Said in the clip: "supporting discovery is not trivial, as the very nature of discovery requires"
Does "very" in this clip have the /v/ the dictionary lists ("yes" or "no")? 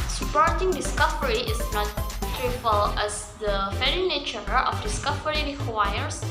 no